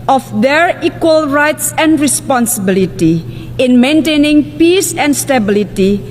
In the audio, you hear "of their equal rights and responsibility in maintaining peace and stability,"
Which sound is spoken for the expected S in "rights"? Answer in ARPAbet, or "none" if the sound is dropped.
S